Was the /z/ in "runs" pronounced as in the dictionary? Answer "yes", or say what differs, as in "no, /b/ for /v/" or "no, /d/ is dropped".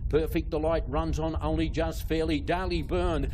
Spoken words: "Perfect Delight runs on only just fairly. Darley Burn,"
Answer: yes